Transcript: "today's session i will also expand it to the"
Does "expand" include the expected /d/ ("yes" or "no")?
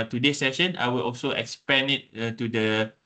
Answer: no